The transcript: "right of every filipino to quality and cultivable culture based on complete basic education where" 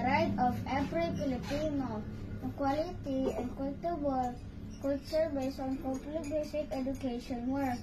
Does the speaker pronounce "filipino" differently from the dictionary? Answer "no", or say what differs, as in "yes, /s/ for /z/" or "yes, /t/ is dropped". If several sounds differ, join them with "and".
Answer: yes, /p/ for /f/